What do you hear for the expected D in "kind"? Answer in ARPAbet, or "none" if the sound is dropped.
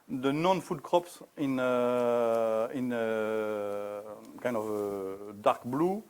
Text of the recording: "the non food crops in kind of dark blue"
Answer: none